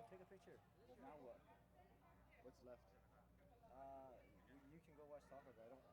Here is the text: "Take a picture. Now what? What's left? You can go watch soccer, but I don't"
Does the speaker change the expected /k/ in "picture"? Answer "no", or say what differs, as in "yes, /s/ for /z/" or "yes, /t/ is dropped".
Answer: yes, /k/ is dropped